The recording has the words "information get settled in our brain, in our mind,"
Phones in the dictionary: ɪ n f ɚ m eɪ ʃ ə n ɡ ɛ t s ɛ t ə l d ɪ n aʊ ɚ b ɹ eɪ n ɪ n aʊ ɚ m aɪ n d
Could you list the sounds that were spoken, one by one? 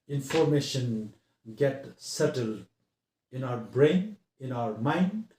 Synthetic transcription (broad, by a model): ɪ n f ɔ m eɪ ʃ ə n ɡ ɛ t s ɛ t ə l d ɪ n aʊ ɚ b ɹ eɪ n ɪ n aʊ ɚ m aɪ n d